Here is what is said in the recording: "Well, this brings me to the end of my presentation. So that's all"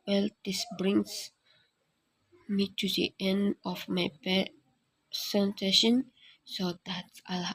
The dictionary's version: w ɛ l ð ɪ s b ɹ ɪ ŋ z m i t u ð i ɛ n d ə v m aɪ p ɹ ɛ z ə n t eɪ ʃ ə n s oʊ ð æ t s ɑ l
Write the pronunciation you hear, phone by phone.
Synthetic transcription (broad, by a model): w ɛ l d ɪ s b ɹ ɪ ŋ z m i t u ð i ɛ n d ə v m aɪ p ɛ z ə n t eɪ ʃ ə n s oʊ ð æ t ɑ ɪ